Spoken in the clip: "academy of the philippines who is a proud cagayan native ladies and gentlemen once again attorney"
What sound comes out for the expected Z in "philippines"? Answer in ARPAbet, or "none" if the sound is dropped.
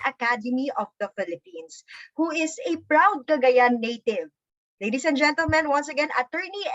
S